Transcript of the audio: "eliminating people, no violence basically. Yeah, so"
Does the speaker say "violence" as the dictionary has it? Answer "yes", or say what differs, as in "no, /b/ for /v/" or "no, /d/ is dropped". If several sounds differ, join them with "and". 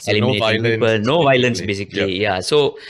yes